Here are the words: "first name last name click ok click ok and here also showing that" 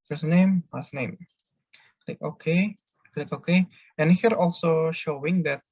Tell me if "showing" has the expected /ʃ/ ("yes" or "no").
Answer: yes